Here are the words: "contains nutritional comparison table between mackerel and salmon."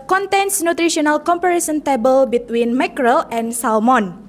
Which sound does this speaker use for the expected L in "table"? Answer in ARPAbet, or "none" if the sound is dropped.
L